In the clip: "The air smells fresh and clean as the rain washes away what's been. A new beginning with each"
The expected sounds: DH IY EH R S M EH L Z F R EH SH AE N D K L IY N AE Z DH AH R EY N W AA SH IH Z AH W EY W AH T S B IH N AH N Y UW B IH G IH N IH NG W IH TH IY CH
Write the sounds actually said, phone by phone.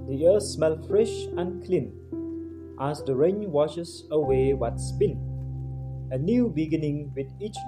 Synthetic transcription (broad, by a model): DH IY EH S M EH L F R EH SH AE N K L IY N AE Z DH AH R EY N W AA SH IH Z AH W EY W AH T S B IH N AH N Y UW B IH G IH N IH NG W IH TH IY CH